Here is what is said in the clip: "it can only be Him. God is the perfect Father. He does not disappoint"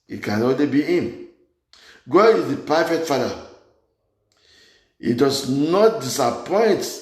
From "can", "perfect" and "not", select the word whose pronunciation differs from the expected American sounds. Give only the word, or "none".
perfect